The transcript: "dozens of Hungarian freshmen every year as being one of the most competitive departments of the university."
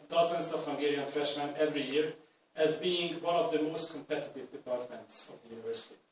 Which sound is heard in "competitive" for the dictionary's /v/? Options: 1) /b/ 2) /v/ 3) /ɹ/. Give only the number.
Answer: 2